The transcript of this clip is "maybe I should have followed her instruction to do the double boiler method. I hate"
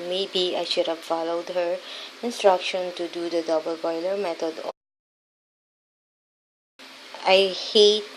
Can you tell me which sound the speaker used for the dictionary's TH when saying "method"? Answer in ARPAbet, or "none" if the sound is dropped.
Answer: T